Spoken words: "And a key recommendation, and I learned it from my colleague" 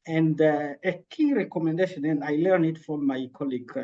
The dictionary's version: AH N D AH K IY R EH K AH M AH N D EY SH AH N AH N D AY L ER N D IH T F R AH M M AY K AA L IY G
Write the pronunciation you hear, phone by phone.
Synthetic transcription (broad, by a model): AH N D AH K IY R EH K AH M AH N D EY SH AH N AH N AY L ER N IH T F R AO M M AY K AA L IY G